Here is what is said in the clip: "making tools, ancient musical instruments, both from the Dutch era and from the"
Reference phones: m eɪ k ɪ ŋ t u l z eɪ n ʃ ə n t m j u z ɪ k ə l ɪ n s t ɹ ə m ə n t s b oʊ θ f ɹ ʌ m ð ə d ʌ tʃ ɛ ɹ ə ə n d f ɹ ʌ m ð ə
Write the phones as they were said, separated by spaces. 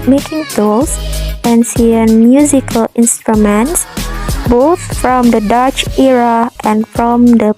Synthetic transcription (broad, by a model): m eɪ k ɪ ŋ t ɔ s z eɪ n s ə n m j u z ɪ k ə l ɪ n s t ɹ ə m ə n t s b oʊ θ f ɹ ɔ m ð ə d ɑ tʃ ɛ ɹ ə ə n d f ɹ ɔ m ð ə